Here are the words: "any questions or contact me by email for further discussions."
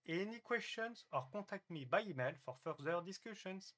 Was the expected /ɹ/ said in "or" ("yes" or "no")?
yes